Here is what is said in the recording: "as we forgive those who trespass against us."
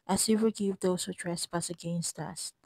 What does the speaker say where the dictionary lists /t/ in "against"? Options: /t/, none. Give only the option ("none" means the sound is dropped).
/t/